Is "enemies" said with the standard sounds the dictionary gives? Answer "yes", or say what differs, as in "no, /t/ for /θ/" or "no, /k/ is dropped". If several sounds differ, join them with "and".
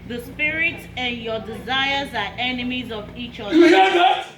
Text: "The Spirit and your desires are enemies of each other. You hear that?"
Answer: yes